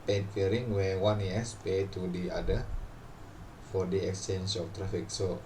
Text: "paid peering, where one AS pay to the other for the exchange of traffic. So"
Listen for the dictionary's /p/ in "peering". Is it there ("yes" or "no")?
no